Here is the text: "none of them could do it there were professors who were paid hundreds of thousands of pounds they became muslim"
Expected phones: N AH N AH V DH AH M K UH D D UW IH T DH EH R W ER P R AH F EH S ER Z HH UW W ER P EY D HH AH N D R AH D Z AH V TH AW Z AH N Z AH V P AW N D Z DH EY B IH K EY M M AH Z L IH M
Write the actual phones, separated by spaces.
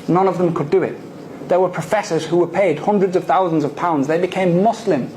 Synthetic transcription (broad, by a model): N AH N AH V DH AH M K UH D D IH IH T DH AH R W ER P R AH F EH S ER Z HH UW W ER P EY D HH AH N D R AH D Z AH V TH AW Z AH N Z AH V P AW N D Z DH EY B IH K EY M M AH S L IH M